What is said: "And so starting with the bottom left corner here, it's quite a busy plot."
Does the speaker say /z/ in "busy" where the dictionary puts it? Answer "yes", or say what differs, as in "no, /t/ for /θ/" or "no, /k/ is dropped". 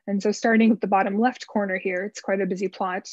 yes